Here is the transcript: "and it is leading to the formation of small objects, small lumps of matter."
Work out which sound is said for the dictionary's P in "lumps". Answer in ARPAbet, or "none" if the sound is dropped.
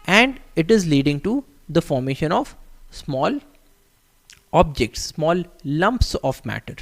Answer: P